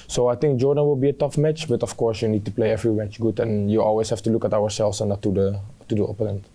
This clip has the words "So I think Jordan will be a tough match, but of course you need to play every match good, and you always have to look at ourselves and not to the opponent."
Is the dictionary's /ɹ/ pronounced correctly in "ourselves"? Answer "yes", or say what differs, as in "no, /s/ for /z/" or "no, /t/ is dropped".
no, /w/ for /ɹ/